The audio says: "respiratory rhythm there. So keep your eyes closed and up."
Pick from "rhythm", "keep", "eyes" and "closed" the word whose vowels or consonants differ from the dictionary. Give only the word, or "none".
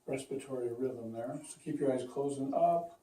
closed